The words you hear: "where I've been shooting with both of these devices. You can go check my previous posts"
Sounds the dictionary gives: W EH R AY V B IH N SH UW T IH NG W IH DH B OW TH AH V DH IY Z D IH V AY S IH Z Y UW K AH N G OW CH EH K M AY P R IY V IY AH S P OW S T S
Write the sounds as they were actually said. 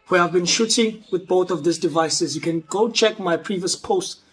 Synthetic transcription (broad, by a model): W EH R AY V B IH N SH UW T IH NG W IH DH B OW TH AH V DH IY S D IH V AY S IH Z Y UW K AH N G OW CH EH K M AY P R IY V IY AH S P OW S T